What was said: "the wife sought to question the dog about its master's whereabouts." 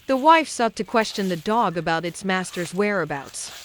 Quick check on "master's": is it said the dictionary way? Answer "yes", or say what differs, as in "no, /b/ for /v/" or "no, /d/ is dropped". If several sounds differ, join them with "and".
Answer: yes